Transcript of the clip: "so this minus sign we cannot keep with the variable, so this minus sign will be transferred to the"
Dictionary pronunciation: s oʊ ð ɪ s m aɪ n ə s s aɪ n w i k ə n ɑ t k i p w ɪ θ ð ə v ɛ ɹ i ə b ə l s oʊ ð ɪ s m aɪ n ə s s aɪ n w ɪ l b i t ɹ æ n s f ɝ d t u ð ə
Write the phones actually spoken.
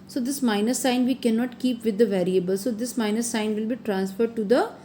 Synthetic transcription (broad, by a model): s oʊ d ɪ s m aɪ n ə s s aɪ n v i k ə n ɑ t k i p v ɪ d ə v ɛ ɹ i ə b ə l s oʊ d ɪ s m aɪ n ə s s aɪ n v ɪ l b i t ɹ æ n s f ɝ d t u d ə